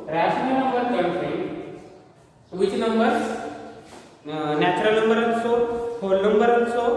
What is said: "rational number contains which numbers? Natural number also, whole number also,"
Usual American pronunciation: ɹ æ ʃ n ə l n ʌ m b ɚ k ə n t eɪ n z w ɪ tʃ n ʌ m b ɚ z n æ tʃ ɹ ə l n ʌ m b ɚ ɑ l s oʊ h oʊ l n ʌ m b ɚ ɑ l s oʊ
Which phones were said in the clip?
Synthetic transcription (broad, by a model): ɹ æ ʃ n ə n ʌ m b ɚ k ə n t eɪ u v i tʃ n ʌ m b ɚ n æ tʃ ɹ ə l n ʌ m b ɚ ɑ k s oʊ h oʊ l n ʌ m b ɚ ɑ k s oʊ